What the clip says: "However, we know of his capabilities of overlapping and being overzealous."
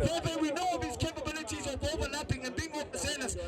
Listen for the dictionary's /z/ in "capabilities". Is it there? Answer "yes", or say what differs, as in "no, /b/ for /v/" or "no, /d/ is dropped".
yes